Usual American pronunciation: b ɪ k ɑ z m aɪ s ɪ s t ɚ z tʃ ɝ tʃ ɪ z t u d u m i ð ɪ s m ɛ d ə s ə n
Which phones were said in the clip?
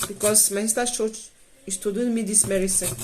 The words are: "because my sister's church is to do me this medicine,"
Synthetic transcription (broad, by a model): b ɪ k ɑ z m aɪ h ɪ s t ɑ tʃ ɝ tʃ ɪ s t u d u m i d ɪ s m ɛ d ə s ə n